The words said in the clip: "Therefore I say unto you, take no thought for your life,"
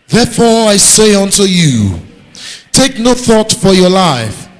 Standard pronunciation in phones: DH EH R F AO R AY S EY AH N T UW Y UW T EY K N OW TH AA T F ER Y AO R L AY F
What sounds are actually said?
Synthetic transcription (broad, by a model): DH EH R F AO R AY S EY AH N T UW Y UW T EY K N OW TH AA T F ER Y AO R L AY F